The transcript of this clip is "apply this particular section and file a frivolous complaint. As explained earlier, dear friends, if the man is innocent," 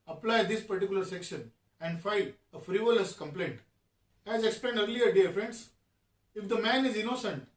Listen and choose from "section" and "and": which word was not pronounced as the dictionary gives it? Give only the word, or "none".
none